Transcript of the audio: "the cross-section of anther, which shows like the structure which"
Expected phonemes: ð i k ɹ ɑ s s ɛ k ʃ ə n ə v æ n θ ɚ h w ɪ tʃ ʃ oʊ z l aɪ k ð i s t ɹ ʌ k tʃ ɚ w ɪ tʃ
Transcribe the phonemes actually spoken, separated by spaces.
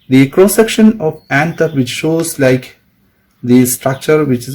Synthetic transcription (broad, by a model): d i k ɹ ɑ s s ɛ k ʃ ə n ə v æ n t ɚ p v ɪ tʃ ʃ oʊ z l aɪ k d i s t ɹ ʌ k tʃ ɚ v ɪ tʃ